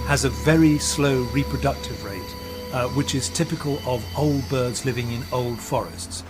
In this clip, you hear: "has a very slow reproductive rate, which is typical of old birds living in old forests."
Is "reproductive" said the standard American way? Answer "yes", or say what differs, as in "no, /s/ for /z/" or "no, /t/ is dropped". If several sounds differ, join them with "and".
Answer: yes